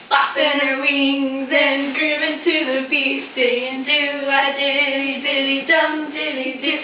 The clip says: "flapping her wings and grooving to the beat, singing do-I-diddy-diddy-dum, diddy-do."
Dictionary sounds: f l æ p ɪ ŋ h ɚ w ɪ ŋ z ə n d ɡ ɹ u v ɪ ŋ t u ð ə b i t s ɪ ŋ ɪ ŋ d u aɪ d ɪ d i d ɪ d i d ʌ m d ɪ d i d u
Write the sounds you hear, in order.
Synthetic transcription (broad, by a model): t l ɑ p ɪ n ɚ w ɪ ŋ z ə n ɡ ɹ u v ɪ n t u ð ə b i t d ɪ ɪ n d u aɪ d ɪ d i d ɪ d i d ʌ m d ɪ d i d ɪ